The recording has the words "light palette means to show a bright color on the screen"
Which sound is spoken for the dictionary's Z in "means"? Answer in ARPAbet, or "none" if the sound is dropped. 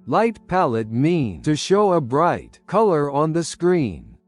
none